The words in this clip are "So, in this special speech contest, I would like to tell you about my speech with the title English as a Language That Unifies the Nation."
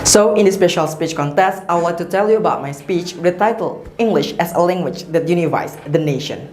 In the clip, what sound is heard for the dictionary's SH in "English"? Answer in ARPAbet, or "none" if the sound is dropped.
SH